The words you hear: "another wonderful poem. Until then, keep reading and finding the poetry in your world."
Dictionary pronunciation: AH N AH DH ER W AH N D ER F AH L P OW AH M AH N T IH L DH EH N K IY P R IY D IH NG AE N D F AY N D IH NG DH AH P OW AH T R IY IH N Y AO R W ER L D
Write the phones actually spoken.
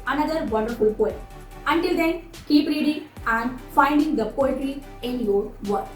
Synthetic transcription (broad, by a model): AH N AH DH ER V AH N D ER F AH L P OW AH AH N T IH L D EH N K IY P R IY D IH NG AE N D F AY N D IH NG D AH P OW AH T R IY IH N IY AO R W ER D